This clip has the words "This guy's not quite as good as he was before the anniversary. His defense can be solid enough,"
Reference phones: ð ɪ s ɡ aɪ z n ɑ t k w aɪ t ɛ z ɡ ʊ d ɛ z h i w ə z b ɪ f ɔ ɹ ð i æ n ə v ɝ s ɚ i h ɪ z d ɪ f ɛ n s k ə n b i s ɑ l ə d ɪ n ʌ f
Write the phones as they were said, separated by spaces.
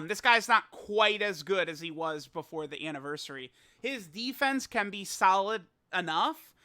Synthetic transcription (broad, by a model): ð ɪ s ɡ aɪ z n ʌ t k w aɪ t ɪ z ɡ ʊ d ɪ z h i w ə z b ɪ f ɔ ɹ ð i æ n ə v ɝ s ɚ i h ɪ z d ɪ f ɛ n s k ə n b i s ɑ l ə d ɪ n ʌ f